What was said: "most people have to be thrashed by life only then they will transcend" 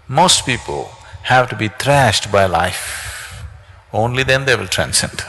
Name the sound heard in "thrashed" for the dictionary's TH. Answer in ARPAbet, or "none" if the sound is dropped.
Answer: T